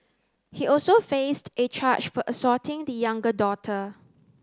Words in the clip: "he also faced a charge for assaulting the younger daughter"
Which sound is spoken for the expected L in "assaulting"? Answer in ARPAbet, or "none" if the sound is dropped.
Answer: none